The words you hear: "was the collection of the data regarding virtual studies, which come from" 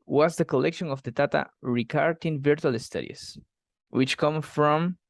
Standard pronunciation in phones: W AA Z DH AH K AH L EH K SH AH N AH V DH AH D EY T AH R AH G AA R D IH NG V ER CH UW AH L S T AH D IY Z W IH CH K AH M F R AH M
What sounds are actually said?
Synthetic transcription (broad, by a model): W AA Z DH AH K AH L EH K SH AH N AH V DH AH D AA T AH R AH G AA R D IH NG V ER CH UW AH L S T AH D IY S W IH CH K AH M F R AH M